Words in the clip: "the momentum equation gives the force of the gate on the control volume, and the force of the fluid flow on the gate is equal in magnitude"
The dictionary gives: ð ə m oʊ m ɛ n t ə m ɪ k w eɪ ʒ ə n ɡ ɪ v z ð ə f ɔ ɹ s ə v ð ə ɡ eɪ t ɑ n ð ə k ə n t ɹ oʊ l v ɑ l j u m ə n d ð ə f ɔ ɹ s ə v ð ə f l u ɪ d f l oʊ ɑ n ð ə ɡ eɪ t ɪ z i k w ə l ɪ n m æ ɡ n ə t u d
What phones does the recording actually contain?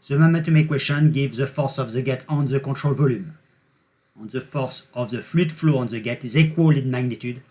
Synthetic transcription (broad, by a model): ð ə m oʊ m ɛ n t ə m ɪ k w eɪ ʃ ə n ɡ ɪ v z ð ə f ɔ ɹ s ə v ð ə ɡ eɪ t ɑ n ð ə k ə t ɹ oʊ l v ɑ l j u m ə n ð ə f ɔ ɹ s ə v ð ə f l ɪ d f l oʊ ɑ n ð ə ɡ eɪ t ɪ z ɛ k w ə l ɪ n m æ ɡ n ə t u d